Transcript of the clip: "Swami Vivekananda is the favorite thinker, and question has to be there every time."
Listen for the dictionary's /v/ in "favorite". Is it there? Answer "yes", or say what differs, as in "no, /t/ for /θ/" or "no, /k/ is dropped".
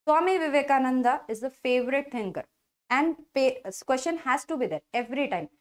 yes